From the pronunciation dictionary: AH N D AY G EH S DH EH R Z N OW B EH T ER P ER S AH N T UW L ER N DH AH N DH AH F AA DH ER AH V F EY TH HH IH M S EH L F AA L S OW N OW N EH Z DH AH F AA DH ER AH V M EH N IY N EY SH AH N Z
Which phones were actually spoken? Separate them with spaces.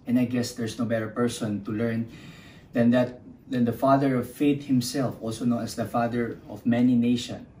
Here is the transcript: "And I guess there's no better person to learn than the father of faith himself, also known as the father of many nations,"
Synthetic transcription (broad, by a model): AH N AY G EH S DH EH R S N OW B EH T ER P ER S AH N T UW L ER N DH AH N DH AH F AA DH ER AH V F EY T HH IH M S EH L F AA L S OW N OW N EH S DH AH F AA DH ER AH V M EH N IY N EY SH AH N